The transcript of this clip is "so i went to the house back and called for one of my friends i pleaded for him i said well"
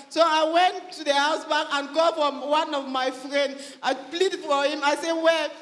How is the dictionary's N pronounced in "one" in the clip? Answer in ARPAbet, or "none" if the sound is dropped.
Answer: N